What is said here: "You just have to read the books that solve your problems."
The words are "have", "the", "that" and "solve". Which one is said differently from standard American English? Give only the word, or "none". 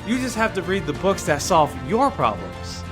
have